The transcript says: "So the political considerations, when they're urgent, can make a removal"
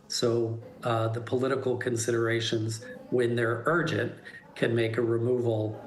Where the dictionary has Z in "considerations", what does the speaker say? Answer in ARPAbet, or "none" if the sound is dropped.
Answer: Z